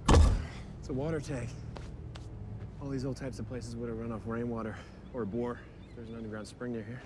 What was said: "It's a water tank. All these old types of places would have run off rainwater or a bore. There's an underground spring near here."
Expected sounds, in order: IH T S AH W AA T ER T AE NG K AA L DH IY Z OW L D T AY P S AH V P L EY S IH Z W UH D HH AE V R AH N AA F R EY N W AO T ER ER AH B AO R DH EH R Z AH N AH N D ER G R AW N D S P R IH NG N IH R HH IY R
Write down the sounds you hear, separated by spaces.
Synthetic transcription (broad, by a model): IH T S AH W AA T ER T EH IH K AA L DH IY Z OW L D T AY P S AH V P L EY S IH Z W UH D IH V R AH N AA F R EY N W AO T ER ER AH B AO R DH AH R Z N AH N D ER G R AW N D S P R IH NG N IH R HH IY R